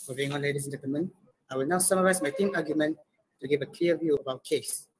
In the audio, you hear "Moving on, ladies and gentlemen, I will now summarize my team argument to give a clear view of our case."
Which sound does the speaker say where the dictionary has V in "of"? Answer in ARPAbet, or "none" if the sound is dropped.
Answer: B